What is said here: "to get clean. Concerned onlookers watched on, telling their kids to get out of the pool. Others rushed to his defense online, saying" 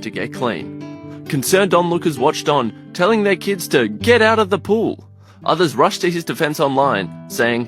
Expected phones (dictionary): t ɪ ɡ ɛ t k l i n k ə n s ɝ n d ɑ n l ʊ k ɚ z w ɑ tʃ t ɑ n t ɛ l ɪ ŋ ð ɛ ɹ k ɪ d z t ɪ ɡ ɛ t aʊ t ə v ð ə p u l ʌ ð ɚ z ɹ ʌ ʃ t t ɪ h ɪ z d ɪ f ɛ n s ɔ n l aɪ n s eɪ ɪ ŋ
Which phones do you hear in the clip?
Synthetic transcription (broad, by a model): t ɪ ɡ ɛ t k l i n k ə n s ɝ n d ɑ n l ʊ k ɚ z w ɑ tʃ t n t ɛ l ɪ ŋ ð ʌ ɹ k ɪ d z t ɪ ɡ ɛ t aʊ t ə v ð ə p u l ʌ ð ɚ z ɹ ʌ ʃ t t ɪ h ɪ z d ɪ f ɛ n s ɔ n l aɪ n s eɪ ɪ ŋ